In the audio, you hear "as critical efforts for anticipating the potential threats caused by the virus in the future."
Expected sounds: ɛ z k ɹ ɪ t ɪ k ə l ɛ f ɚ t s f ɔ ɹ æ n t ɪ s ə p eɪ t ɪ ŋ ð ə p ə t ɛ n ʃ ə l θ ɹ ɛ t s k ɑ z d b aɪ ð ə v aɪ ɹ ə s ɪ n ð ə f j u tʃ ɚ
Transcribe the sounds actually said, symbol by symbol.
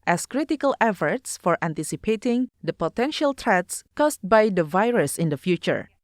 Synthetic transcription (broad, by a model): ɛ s k ɹ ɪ t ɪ k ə l ɛ f ɚ t s f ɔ ɹ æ n t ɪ s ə p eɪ t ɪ ŋ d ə p ə t ɛ n ʃ ə l t ɹ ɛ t s k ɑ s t b aɪ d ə v aɪ ɹ ə s ɪ n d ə f j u tʃ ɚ